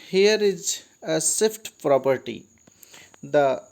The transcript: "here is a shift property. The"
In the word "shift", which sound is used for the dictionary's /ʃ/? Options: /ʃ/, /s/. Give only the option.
/s/